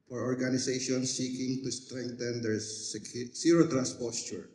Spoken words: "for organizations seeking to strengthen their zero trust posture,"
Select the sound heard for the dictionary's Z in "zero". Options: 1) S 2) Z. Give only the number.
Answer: 1